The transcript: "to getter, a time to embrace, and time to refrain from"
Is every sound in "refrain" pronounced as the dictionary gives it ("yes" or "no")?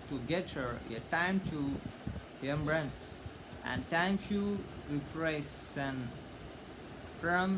no